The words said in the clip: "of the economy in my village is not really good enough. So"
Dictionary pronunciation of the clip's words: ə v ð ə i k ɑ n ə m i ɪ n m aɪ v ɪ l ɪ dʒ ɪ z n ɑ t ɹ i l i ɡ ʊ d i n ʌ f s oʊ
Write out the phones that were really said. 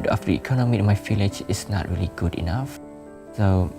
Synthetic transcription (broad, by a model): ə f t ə i k ɑ n ə m i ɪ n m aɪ f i l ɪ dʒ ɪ s n ɑ t ɹ i l i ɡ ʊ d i n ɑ f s oʊ